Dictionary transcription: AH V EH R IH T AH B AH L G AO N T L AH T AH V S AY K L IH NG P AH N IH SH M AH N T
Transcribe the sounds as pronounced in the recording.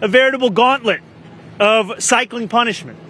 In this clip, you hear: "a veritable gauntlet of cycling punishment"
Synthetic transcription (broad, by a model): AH V EH R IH T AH B L G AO N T L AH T AH V S AY K L IH NG P AH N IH SH M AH N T